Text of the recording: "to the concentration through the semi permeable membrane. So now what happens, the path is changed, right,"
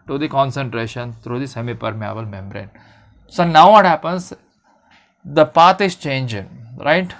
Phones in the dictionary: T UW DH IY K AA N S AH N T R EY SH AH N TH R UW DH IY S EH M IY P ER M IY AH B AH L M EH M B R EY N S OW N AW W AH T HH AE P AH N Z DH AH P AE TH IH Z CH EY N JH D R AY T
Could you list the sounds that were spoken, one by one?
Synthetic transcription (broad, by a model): T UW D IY K AA N S AH N T R EY SH AH N T R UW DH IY S EH M IY P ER M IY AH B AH L M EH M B R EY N S OW N AW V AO T HH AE P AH N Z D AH P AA T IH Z CH EY N JH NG R AY T